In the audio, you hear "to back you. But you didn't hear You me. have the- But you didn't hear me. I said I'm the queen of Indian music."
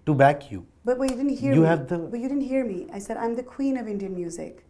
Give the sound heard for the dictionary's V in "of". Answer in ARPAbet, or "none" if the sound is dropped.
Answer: V